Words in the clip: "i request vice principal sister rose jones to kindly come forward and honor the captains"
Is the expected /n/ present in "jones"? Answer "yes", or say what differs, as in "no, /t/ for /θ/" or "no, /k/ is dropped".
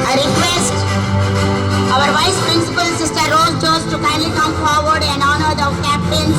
no, /n/ is dropped